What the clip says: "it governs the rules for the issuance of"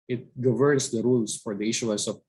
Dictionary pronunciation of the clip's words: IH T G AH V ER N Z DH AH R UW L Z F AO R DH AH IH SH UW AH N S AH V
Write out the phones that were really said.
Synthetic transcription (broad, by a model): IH T G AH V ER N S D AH R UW L S F AO R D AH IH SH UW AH L S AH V